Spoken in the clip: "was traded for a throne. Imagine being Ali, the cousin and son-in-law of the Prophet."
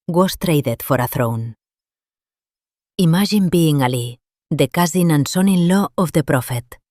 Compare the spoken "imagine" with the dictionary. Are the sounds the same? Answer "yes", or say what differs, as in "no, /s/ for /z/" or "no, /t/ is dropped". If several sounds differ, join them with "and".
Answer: no, /ʒ/ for /dʒ/